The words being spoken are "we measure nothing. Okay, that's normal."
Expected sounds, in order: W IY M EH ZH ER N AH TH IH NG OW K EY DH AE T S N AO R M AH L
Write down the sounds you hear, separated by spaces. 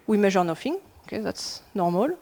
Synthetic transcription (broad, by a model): W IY M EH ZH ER N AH F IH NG OW K EY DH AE T S N AO R M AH L